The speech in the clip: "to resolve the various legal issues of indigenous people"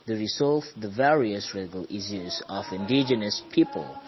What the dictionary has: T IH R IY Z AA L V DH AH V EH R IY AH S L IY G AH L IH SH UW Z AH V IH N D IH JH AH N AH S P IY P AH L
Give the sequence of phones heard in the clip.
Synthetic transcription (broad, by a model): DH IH R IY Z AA L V DH AH V EH R IY AH S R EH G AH L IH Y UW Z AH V IH N D IH JH AH N AH S P IY P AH L